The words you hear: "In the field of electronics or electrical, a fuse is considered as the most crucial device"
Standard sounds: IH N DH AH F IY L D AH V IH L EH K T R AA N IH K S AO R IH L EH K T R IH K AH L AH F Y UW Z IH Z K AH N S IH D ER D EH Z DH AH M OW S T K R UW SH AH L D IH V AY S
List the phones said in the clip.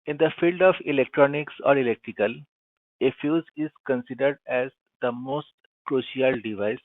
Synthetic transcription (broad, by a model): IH N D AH F IY L D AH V IH L EH K T R AA N IH K S AO R IH L EH K T R IH K AH L AH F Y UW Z IH Z K AH N S IH D ER D EH Z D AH M OW S T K R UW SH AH L D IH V AY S